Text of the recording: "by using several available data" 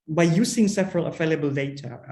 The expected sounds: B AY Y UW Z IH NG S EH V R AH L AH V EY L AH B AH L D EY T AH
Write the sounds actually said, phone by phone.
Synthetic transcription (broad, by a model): B AY Y UW S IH NG S EH V R AH L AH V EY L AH B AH L D EY T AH